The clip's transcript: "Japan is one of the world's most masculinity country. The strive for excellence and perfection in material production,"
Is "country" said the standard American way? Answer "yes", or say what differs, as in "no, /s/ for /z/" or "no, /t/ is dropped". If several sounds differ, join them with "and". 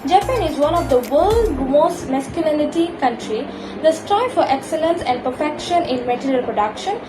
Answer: yes